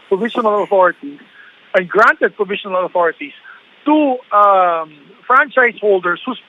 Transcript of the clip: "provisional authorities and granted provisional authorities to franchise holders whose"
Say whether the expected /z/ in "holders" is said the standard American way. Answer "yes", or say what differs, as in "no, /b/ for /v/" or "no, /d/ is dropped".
no, /s/ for /z/